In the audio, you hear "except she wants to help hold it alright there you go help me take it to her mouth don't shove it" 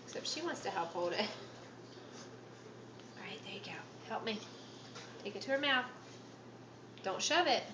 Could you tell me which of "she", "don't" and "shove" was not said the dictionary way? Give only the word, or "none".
none